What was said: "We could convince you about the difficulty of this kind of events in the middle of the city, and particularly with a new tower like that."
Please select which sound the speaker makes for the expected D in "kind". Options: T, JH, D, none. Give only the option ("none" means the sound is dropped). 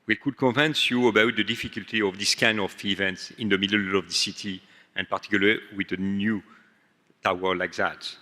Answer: none